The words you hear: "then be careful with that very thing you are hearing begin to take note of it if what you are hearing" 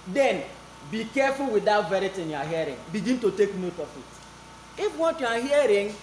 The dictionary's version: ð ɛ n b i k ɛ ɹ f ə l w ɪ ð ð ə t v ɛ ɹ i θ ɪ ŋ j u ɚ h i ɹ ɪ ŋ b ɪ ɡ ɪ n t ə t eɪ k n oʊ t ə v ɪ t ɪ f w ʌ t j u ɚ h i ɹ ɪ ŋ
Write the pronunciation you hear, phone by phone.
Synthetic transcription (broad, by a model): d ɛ n b i k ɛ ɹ f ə l w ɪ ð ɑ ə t v ɛ ɹ i t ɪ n j u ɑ h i ɹ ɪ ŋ b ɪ ɡ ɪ n t ə t eɪ k n oʊ t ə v ɪ t ɪ f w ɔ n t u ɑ h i ɹ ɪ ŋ